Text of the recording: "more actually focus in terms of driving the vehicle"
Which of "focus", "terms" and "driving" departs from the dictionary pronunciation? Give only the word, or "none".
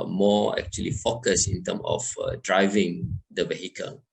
terms